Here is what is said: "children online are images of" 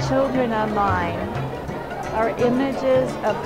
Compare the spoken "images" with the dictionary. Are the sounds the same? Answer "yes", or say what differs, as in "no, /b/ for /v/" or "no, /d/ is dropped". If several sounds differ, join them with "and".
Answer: yes